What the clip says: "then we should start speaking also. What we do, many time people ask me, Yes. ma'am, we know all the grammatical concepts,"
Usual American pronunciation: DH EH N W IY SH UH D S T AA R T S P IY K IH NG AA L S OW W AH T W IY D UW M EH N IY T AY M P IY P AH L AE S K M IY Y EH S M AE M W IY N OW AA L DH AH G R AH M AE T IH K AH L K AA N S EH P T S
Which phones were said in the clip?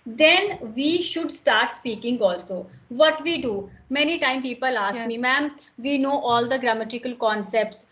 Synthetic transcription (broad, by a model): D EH N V IY SH UH D S T AA R T S P IY K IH NG AA L S OW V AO T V IY D UW M EH N IY T AY M P IY P AH L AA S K M IY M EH M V IY N OW AA L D AH G R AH M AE T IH K AH L K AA N S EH P T S